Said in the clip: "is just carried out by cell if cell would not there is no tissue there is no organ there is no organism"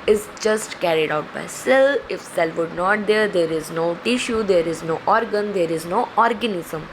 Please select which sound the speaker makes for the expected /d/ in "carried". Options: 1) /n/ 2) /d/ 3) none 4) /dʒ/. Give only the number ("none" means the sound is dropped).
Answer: 2